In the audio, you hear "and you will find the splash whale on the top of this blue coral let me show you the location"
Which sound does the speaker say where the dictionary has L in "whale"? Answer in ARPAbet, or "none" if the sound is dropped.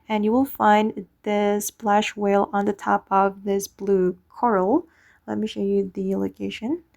L